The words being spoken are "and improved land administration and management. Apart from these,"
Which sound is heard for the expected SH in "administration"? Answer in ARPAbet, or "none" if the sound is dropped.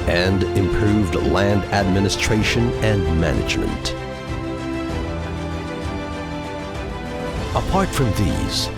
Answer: SH